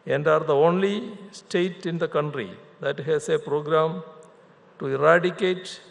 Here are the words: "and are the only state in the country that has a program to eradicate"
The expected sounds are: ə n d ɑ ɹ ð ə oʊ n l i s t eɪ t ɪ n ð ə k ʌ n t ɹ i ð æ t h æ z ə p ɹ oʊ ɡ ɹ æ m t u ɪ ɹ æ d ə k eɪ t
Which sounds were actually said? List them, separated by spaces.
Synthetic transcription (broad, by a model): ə n d ɑ ɹ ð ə oʊ n l i s t eɪ t ɪ n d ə k ʌ n t ɹ i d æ t h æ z ə p ɹ oʊ ɡ ɹ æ m t u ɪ ɹ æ d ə k eɪ t